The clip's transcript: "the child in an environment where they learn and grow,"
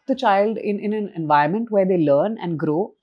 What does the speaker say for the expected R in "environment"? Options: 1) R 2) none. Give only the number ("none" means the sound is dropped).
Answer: 2